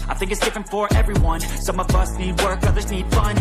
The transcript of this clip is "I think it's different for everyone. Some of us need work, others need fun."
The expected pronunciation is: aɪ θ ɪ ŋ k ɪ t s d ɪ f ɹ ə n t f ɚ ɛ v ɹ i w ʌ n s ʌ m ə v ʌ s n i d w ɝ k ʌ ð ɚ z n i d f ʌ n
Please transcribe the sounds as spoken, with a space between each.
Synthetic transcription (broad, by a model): aɪ θ ɪ ŋ k ɪ t s d ɪ f ɹ ə n t f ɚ ɛ v ɹ i w ʌ n s ʌ m ə v ʌ s n i d w ɝ k ʌ ð ɚ z n i d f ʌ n